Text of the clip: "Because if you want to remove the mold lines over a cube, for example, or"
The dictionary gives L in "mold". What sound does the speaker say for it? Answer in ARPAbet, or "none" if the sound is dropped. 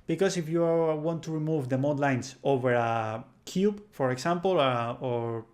none